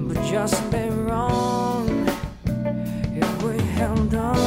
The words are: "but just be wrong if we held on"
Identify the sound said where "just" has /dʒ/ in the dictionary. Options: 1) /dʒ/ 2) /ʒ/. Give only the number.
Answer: 2